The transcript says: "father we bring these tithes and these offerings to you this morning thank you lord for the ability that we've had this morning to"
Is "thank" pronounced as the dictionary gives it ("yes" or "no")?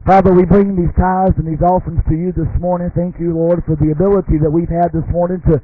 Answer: yes